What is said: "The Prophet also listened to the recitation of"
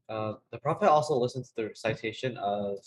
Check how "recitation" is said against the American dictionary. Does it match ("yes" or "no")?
no